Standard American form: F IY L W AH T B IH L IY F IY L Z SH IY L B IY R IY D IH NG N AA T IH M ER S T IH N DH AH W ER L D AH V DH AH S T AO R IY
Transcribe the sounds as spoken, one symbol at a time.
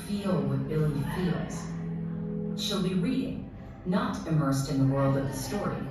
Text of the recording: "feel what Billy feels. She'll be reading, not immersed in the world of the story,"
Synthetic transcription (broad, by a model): F IY L W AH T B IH L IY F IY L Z SH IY L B IY R IY D IH NG N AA T IH M ER S T IH N DH AH W ER L D AH V DH AH S T AO R IY